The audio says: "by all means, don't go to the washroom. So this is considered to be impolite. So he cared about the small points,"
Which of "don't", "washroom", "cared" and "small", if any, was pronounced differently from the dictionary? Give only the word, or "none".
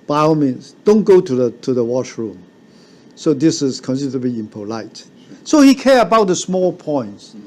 cared